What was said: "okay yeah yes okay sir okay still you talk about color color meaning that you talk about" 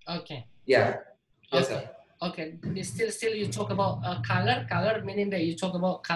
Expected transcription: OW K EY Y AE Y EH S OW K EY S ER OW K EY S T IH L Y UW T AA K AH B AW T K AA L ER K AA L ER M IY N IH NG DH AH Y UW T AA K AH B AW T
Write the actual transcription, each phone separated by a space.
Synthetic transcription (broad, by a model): OW K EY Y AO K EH OW K EY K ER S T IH S T IH L Y UW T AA K AH B AW T K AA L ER K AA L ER M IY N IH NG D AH Y UW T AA K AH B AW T